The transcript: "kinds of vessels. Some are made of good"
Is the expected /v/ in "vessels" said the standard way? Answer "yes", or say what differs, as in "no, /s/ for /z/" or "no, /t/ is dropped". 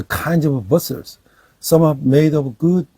no, /b/ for /v/